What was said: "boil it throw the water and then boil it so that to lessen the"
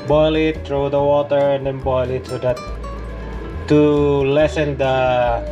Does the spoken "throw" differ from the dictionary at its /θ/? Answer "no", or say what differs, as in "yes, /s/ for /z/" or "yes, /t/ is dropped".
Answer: yes, /t/ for /θ/